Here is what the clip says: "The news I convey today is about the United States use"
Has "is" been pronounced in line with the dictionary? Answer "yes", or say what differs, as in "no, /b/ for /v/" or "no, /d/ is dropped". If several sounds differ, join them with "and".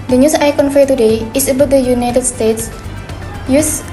no, /s/ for /z/